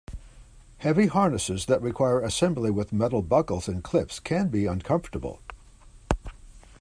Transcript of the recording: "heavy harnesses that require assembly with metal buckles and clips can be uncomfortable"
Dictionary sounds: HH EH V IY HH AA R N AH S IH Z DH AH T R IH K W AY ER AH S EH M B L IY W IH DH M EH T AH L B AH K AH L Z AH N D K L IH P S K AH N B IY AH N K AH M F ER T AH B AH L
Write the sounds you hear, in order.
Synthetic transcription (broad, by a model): HH EH V IY HH AA R N AH S IH Z DH AH T R IH K W AY ER AH S EH M B L IY W IH DH M EH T L B AH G L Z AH N K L IH F S K AH N B IY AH N K AH M F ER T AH B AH L